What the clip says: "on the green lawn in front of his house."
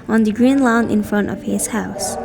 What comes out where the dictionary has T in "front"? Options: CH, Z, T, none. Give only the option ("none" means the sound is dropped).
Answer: T